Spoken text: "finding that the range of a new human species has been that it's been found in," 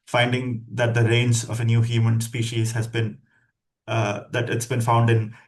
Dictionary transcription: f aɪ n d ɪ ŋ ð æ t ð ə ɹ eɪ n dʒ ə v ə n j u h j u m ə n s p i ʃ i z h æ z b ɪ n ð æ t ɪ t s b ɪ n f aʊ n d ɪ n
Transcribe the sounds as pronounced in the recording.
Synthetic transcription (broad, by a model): f aɪ n d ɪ ŋ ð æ t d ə ɹ eɪ n z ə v ə n j u h j u m ə n s p i ʃ i z h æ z b ɪ n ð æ t ɪ t s b ɪ n f aʊ n d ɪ n